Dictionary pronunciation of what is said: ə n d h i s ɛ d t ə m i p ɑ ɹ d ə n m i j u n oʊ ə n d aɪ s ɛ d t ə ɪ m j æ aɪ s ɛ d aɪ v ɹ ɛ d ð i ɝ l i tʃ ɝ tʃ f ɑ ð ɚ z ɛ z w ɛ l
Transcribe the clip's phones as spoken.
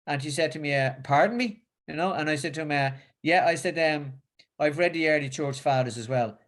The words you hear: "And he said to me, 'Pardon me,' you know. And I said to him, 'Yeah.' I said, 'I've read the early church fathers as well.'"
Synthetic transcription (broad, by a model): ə n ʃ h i s ɛ d t ə m i p ɑ ɹ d n m i j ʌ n oʊ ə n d aɪ s ɛ d t ə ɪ m j æ aɪ s ɛ d aɪ v ɹ ɛ d ð i ɝ l i tʃ ɝ tʃ f ɑ ð ɚ z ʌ z w ɛ l